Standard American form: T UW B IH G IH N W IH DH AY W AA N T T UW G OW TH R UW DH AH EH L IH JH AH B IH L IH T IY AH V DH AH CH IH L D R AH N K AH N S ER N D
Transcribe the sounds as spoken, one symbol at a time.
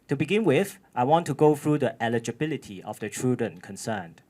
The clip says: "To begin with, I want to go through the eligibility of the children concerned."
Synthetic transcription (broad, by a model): T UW B IH G IH N W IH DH AY W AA N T T UW G OW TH R UW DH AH EH L IH JH AH B IH L IH T IY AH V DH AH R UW D AH N K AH N S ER N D